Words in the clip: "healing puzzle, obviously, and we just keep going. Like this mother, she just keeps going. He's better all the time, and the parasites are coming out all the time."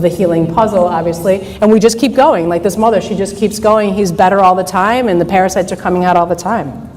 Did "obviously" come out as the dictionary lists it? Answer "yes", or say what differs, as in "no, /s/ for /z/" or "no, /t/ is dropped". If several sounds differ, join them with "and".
yes